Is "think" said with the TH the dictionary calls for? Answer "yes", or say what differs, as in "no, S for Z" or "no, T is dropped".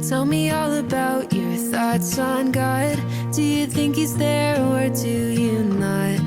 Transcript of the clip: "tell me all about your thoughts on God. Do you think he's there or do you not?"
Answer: yes